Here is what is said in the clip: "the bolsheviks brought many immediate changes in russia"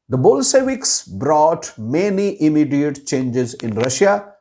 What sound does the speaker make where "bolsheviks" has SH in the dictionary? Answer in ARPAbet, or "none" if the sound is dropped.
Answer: S